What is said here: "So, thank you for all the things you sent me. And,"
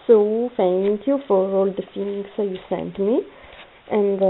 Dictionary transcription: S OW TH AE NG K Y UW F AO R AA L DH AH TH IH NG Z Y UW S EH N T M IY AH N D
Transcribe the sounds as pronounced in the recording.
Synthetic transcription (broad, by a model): S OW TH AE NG K Y UW F AO R AA L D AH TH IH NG S Y UW S EH N T M IY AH N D